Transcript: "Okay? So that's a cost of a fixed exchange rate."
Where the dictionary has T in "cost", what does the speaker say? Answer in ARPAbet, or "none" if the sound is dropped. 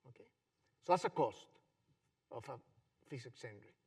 T